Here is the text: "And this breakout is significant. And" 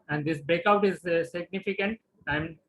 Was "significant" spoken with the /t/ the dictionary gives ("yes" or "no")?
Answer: yes